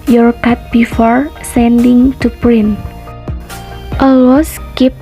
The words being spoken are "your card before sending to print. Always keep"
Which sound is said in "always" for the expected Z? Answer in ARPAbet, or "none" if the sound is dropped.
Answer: S